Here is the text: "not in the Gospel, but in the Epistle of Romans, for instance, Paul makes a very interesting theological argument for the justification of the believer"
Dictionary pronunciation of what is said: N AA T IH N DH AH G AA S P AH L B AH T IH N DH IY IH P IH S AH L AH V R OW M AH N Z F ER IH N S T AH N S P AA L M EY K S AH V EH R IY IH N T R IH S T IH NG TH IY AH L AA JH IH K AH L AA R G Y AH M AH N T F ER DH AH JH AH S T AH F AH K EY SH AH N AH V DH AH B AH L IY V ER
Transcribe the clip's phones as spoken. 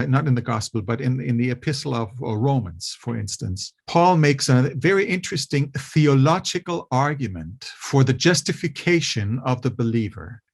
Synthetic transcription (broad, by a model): N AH T IH N DH AH G AA S P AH L B AH T IH N DH IY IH P IH S L AH V R OW M AH N Z F ER IH N S T AH N S P AA L M EY K S AH V EH R IY IH N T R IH S T IH NG TH IY AH L AA JH IH K AH L AA R G Y AH M AH N T F ER DH AH JH AH S T AH F AH K EY SH AH N AH V DH AH B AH L IY V ER